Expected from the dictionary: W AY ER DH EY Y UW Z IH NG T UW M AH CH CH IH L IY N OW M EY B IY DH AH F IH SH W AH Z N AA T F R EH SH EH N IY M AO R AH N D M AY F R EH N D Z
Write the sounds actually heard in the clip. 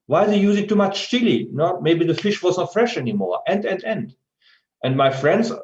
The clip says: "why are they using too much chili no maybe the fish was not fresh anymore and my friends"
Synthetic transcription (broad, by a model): W AY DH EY Y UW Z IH T UW M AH CH S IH L IY N OW M EY B IY DH AH F IH SH W AH Z N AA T F R EH SH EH N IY M AO R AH N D M AY F R EH N D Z